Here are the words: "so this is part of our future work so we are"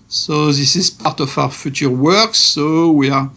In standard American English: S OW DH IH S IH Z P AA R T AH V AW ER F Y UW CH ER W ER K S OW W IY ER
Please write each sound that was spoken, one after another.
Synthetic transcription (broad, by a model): S OW DH IH S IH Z P AA R T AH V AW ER F Y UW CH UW W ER K S OW W IY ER